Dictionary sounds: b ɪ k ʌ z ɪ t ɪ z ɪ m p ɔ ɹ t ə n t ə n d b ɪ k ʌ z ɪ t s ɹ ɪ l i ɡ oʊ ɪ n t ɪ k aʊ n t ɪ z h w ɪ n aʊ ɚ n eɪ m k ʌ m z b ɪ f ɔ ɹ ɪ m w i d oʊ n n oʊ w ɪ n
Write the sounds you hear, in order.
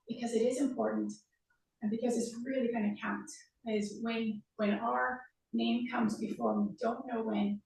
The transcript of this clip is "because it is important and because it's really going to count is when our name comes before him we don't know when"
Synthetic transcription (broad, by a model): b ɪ k ʌ z ɪ t ɪ z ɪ m p ɔ ɹ t n t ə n b ɪ k ʌ z ɪ t s ɹ ɪ l i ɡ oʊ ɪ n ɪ k aʊ n t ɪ z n w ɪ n aʊ ɚ n eɪ m k ʌ m z b ɪ f ɔ ɹ w i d oʊ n n oʊ w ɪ n